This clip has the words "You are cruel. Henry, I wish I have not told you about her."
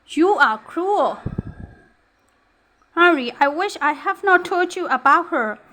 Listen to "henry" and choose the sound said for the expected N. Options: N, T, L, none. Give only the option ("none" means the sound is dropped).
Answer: none